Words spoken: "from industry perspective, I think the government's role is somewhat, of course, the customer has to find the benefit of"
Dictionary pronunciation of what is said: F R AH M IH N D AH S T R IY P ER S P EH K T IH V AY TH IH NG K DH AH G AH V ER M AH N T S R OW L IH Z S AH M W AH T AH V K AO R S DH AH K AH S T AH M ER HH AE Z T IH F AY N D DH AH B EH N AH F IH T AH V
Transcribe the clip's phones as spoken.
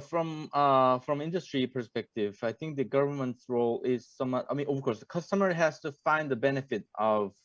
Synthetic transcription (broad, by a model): F R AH M IH N D AH S T R IY P ER S P EH K T IH V AY TH IH NG K DH AH G AH V ER M AH N T S R OW L IH Z S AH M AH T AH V K AO R S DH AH K AH S T AH M ER HH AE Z T IH F AY N DH AH B EH N AH F IH T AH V